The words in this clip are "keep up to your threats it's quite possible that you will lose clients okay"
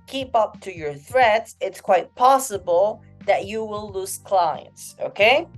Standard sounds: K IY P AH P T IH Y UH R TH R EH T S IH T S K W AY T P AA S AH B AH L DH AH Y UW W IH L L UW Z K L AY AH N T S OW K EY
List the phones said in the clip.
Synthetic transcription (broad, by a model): K IY P AH P T IH Y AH R TH R EH T S IH T S K W AY T P AA S AH B AH L DH AH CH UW W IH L L UW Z K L AY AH N T S OW K EY